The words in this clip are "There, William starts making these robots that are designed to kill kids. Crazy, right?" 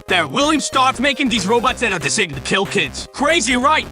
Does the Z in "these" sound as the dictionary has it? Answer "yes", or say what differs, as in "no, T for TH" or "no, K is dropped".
yes